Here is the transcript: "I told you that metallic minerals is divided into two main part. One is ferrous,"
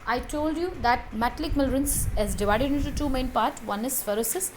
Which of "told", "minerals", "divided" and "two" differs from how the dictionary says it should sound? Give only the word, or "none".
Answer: minerals